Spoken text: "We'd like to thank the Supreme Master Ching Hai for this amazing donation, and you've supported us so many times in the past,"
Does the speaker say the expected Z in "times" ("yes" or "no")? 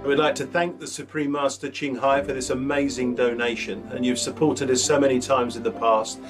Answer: yes